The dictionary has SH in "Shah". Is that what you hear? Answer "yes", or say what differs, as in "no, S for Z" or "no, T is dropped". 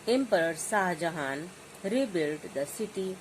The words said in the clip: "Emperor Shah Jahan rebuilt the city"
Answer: no, S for SH